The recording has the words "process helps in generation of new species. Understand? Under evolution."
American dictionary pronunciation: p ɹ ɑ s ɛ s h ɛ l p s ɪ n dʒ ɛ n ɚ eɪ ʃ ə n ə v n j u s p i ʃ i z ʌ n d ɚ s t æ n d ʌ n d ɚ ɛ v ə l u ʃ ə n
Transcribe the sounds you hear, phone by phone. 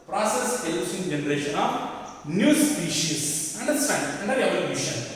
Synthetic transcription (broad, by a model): p ɹ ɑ s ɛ s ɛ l s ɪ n dʒ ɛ n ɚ eɪ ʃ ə n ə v n j u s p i ʃ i s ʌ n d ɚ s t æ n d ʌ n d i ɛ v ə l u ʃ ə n